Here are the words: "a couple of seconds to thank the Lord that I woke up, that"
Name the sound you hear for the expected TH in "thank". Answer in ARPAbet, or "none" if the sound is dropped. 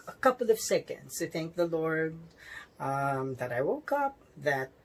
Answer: TH